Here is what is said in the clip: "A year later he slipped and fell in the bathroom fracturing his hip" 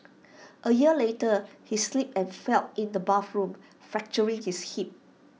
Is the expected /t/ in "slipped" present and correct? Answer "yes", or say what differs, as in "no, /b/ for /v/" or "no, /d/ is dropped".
no, /t/ is dropped